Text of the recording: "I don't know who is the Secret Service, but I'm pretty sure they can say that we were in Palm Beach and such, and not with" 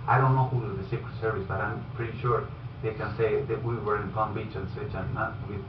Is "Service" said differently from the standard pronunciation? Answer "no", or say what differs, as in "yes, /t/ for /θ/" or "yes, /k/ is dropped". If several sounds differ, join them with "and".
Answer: no